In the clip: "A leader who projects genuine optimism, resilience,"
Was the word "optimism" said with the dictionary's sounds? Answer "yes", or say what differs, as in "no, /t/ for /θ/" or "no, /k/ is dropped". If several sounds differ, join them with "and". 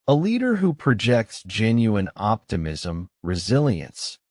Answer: yes